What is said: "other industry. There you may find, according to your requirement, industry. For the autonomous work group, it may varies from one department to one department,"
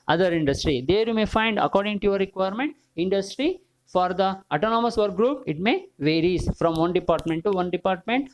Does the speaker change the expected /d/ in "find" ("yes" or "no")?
no